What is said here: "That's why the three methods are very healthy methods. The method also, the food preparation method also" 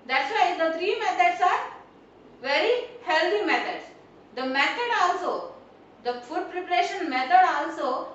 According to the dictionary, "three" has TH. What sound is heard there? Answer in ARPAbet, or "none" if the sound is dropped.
T